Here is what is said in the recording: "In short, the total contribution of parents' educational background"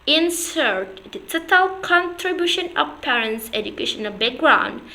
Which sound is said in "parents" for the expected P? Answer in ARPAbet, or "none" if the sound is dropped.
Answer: P